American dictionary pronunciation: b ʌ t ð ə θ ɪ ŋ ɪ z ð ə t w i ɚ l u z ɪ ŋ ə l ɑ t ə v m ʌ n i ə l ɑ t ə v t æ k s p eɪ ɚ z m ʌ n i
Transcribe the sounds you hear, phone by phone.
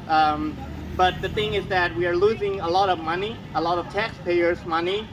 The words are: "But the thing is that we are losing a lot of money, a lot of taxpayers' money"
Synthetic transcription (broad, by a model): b ʌ t ð ə θ ɪ ŋ ɪ z ð ə t w i ɚ l u z ɪ ŋ ə l ɑ t ə v m ʌ n i ə l ɑ t ə v t æ k s p eɪ ɚ z m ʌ n i